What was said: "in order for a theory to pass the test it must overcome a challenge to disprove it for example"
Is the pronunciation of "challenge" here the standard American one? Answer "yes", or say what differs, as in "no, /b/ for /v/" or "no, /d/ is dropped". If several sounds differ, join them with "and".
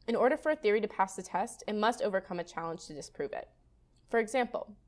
no, /ʒ/ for /dʒ/